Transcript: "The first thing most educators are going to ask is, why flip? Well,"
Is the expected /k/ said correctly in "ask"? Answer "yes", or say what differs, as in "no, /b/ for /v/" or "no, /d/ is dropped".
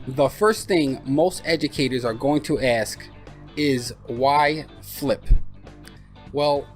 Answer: yes